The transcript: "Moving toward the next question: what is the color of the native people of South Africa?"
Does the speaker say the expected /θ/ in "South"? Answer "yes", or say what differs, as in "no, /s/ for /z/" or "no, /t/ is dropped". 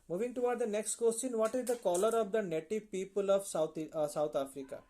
no, /t/ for /θ/